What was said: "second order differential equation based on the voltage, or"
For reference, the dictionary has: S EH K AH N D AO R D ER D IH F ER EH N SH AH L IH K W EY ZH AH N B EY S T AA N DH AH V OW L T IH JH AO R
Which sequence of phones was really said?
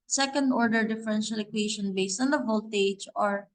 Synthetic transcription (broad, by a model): S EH K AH N D AO R D ER D IH F ER EH N SH AH L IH K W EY SH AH N B EY S T AA N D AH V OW L T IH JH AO R